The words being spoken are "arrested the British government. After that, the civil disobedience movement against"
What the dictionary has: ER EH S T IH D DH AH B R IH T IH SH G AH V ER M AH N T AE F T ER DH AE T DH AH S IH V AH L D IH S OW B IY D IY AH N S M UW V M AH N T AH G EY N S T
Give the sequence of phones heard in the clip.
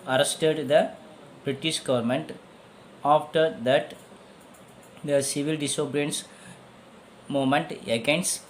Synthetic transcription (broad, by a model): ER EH S T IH D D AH B R IH T IH SH G AH V ER M AH N T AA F T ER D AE T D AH S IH V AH L D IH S OW B D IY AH N S M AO M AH N T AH G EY N S